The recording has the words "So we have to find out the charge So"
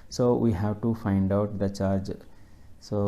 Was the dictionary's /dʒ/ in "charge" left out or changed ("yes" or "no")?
no